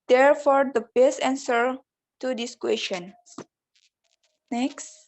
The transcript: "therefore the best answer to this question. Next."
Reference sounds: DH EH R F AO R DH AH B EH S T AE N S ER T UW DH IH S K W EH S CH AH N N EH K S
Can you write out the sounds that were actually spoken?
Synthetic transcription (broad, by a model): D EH R F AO R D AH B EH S AE N S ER T UW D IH S K W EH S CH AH N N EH K S